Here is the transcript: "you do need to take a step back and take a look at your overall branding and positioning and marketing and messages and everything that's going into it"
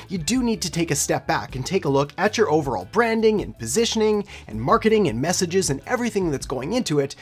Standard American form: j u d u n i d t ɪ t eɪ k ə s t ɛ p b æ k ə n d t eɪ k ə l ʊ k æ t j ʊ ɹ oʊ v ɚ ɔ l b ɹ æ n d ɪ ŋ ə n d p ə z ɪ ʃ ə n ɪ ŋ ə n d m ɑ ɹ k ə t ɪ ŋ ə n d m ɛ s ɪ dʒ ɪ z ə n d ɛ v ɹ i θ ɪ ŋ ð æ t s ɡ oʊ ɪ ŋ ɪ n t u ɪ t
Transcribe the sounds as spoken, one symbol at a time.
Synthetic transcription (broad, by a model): j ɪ d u n i d t ɪ t eɪ k ə s t ɛ p b æ k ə n t eɪ k ə l ʊ k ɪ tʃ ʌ ɹ oʊ v ɚ ɔ l b ɹ æ n d ɪ ŋ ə n p ə z ɪ ʃ ə n ɪ ŋ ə n m ɑ ɹ k ə t ɪ ŋ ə n m ɛ s ɪ dʒ ɪ z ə n ɛ v ɹ i θ ɪ ŋ ð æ t s ɡ oʊ ɪ ŋ ɪ n t u ɪ t